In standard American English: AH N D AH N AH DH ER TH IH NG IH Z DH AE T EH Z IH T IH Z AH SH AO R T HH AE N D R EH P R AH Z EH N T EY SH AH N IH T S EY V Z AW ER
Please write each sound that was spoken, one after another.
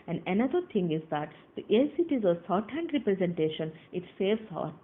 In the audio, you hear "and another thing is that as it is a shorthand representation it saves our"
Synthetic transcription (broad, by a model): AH N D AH N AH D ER T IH NG IH Z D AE T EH S IH T IH Z AH S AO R T HH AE N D R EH P R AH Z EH N T EY SH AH N IH T S EY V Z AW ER